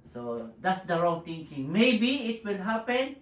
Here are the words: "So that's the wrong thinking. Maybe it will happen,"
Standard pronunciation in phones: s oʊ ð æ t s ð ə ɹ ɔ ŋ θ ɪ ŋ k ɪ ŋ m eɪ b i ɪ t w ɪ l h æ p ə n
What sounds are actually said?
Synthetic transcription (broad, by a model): s oʊ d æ t s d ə ɹ ɔ ŋ t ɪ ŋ k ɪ ŋ m eɪ b i ɪ t w ɪ l h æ p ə n